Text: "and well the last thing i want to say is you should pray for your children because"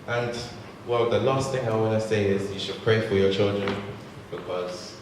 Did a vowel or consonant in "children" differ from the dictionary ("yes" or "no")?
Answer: no